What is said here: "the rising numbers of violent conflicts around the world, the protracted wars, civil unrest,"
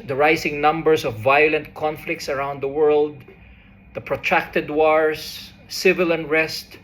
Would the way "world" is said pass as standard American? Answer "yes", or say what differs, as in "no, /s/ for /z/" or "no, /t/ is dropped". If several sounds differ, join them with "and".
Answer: yes